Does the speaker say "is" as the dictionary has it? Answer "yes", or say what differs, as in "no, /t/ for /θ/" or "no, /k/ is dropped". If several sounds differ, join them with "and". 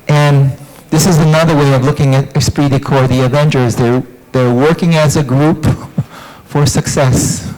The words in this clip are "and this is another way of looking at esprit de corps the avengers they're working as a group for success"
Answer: yes